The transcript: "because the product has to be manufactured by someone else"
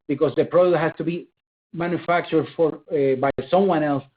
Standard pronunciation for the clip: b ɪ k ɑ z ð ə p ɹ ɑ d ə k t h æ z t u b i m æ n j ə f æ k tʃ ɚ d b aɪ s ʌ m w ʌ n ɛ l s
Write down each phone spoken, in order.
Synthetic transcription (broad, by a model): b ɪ k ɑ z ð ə p ɹ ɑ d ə t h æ s t u b i m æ n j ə f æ k tʃ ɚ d b aɪ s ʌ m w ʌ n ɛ l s